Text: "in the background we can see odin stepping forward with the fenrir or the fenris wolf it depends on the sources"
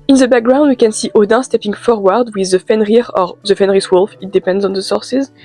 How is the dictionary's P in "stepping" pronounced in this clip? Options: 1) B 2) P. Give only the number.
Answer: 2